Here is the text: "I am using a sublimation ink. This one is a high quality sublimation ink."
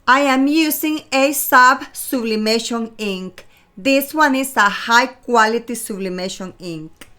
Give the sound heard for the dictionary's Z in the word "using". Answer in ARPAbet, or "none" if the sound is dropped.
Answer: S